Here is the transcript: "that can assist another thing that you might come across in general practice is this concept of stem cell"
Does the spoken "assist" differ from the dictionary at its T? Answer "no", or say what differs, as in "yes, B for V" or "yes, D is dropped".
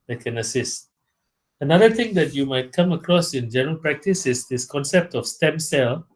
no